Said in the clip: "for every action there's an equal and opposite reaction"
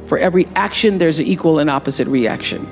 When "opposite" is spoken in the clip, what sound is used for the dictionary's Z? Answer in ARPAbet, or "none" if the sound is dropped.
Z